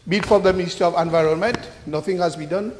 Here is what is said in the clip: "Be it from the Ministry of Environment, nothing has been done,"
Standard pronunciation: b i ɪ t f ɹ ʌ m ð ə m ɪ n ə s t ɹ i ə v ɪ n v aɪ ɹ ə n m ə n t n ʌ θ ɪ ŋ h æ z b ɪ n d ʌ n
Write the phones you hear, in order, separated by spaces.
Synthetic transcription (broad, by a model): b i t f ɹ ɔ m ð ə m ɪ n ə s t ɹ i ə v ɪ n v aɪ ɹ ə n m ə n t n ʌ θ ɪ ŋ h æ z b ɪ n d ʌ n